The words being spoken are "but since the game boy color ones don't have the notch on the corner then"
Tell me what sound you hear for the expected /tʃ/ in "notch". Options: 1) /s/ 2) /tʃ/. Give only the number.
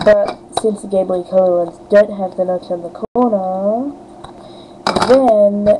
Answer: 1